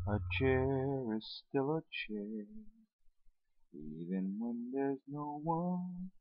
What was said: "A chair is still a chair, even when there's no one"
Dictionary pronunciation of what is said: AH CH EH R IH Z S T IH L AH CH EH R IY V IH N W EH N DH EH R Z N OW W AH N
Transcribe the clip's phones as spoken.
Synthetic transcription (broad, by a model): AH CH EH R IH Z S T IH L AH CH EH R IY V IH N W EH N DH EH R Z N OW W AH N